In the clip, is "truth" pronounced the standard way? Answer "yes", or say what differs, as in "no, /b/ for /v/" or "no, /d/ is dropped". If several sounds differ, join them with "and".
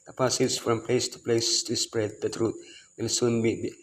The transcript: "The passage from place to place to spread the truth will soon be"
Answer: no, /t/ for /θ/